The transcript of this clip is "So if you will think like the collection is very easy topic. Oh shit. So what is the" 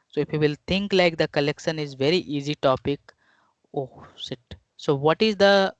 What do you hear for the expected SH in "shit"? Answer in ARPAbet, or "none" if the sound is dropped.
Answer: S